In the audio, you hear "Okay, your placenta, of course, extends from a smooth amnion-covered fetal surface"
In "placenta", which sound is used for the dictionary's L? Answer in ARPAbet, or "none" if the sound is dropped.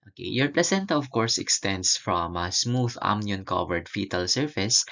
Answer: L